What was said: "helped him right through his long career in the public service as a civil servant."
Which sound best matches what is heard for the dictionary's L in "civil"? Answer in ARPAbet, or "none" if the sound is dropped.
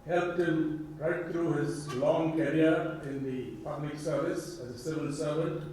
N